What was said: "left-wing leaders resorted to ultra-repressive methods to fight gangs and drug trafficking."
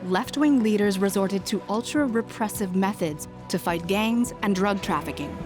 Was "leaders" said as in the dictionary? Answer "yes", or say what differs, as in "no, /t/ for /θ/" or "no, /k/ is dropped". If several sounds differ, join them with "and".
yes